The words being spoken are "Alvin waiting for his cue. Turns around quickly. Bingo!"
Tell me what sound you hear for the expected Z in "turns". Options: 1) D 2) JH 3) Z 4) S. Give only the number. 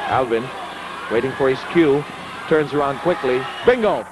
3